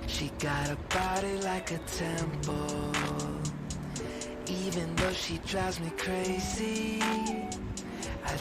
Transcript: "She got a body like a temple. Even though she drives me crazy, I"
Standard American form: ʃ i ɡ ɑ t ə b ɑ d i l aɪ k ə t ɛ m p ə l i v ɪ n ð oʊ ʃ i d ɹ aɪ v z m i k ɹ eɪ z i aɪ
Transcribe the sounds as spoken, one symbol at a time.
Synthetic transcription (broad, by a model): ʃ i ɡ ɑ t ə b ɑ d i l aɪ k ə t ɛ m p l l i v ɪ n ð oʊ ʃ i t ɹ aɪ z m i k ɹ eɪ z i aɪ